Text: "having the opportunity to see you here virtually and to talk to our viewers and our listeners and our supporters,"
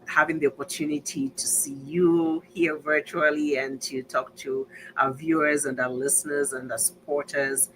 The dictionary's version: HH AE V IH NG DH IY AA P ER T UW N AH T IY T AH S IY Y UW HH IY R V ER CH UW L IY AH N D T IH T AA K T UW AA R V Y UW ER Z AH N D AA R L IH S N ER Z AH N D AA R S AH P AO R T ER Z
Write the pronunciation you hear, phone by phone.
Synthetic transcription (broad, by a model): HH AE V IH NG DH IY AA P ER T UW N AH T IY T AH S IY Y UW HH IY R V ER CH UW L IY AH N T IH T AA K T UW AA V Y UW ER Z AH N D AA L IH S N ER Z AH N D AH S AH P AO R T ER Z